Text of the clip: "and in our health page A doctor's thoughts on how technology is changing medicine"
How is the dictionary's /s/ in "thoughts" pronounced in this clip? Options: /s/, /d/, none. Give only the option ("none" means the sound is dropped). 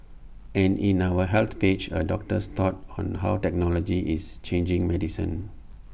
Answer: none